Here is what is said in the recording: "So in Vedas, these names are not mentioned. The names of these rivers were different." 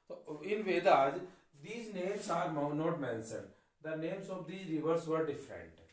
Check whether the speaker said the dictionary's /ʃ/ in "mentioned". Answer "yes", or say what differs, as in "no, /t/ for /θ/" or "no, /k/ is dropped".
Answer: no, /s/ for /ʃ/